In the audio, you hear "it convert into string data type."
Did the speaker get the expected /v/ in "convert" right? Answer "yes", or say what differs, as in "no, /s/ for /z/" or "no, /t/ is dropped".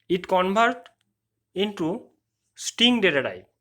no, /b/ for /v/